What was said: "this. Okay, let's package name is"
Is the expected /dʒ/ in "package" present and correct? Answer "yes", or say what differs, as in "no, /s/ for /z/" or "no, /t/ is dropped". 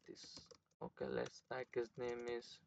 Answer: no, /z/ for /dʒ/